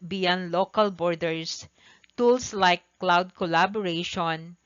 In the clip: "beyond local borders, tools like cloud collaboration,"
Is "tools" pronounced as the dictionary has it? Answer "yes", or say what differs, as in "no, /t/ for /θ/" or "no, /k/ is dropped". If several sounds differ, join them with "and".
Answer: no, /s/ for /z/